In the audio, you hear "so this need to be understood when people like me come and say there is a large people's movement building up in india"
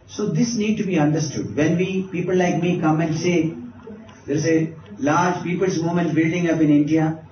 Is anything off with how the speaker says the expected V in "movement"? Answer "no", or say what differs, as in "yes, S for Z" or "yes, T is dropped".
yes, V is dropped